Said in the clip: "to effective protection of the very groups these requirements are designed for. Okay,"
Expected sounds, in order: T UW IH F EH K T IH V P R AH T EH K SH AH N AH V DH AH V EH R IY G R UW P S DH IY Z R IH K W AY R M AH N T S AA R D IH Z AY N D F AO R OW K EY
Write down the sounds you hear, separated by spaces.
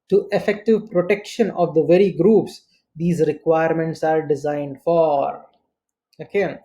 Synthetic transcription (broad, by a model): T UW IH F EH K T IH V P R AH T EH K SH AH N AH V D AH V EH R IY G R UW P S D IY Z R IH K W AY R M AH N T S AA R D IH Z AY N D F AO R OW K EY